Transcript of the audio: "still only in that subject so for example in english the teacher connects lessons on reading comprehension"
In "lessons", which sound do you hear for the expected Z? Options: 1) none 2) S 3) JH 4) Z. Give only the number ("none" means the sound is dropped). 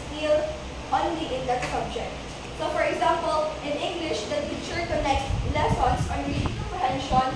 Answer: 2